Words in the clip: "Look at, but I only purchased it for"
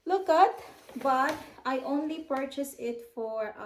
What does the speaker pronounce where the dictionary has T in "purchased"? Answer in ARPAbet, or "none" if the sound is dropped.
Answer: none